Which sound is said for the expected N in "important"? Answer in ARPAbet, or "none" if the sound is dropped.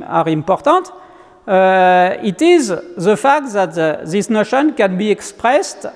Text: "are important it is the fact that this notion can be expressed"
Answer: none